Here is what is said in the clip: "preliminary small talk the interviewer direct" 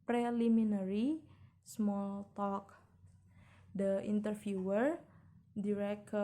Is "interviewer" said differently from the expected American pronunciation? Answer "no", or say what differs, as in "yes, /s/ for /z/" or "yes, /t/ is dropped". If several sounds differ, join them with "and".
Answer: yes, /f/ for /v/